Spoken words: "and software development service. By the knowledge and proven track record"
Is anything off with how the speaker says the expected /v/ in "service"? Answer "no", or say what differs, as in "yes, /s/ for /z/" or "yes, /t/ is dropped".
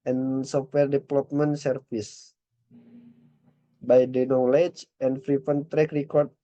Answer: yes, /f/ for /v/